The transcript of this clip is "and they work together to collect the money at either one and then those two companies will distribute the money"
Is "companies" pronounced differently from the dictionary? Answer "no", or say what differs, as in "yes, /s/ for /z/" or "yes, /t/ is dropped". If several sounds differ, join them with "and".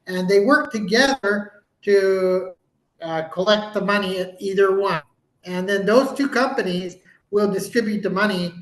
no